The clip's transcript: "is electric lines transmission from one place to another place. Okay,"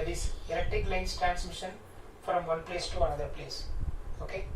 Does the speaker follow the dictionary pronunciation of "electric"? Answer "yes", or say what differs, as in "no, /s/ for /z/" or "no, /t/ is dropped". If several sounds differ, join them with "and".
no, /ɹ/ is dropped